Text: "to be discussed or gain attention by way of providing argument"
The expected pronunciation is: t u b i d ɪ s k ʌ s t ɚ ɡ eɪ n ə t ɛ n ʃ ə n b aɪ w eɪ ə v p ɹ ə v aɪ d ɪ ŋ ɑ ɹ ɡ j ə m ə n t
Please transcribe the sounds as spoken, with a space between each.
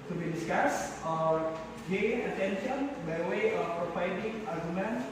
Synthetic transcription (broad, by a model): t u b i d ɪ s k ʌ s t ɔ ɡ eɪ ə t ɛ n ʃ ə n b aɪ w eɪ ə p ɹ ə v aɪ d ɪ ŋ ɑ ɹ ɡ j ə m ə n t